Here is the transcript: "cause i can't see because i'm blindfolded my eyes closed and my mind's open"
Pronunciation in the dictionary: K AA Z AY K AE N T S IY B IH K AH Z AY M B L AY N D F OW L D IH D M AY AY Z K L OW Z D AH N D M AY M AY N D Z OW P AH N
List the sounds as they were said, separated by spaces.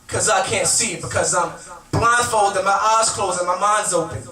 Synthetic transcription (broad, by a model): K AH Z AY K AE N T S IY B IH K AH Z AY M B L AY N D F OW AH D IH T M AY AY Z K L OW Z AH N M AY M AY N D Z OW P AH N